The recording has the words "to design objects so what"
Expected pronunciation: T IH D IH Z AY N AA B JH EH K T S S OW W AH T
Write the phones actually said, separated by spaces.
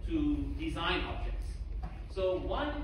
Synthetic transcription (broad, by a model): T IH D IH Z AY N AA B JH EH K T S S OW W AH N